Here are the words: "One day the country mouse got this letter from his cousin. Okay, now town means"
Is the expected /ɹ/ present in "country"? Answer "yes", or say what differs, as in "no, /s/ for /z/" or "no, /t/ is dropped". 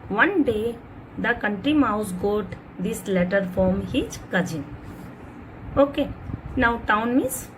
yes